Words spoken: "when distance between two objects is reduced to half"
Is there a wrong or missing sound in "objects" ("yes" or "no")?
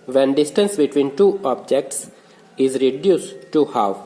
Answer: no